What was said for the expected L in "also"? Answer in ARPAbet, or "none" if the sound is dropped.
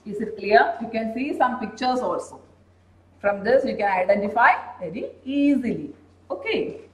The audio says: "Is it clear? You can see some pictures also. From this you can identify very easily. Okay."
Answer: L